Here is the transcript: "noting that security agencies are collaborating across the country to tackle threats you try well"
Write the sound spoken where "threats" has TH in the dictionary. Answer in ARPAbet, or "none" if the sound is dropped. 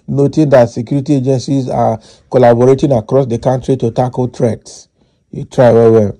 T